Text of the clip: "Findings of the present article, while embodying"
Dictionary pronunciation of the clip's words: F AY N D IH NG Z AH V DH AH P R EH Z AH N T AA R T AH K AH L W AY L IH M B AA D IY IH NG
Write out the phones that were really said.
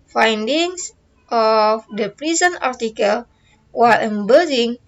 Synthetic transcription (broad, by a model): F AY N D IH NG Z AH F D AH P R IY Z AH N AA R T AH K AH L W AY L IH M B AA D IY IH NG